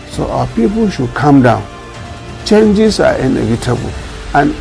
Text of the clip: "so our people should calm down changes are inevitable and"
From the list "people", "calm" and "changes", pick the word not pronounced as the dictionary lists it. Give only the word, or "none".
changes